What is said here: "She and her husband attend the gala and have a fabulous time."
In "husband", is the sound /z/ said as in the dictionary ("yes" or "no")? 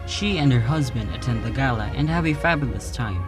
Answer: yes